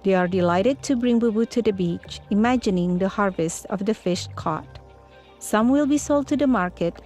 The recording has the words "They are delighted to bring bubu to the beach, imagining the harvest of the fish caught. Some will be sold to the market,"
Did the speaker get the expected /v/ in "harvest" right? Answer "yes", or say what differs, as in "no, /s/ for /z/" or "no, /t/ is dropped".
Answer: yes